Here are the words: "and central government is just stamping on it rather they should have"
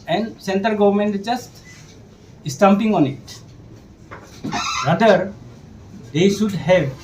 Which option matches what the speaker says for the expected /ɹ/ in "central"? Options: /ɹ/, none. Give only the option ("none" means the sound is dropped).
none